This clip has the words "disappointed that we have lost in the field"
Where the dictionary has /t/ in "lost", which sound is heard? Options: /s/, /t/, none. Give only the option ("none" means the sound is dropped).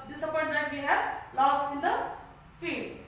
none